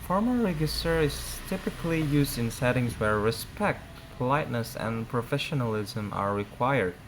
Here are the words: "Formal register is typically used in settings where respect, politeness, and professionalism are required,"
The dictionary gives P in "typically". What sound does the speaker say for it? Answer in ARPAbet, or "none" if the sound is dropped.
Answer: P